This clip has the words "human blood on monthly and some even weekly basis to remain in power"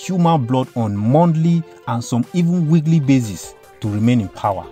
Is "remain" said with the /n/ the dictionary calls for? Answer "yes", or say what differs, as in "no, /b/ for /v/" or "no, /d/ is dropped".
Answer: yes